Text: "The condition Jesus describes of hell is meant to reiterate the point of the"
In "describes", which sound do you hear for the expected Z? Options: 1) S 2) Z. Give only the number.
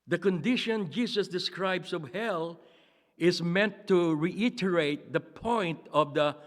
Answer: 1